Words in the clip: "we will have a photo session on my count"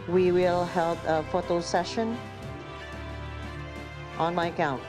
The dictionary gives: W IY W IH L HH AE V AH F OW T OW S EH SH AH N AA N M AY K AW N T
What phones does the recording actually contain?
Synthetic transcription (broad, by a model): W IY W IH L HH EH P AH F OW T OW S EH SH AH N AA N M AY K AW N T